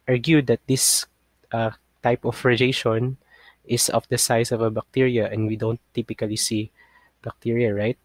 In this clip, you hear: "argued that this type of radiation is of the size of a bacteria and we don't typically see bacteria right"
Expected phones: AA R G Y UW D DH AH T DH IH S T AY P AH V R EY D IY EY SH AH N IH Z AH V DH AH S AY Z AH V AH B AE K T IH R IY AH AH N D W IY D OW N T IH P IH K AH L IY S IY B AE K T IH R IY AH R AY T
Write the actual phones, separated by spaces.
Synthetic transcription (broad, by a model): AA R G Y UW D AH T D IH S T AY P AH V R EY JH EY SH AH N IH S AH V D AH S AY S AH V AH B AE K T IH R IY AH AH N D W IY D OW N T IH P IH K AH L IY S IY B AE K T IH R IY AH R AY T